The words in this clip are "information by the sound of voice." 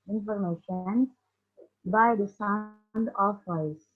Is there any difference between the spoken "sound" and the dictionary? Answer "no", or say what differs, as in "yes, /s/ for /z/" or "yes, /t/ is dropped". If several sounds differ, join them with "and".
no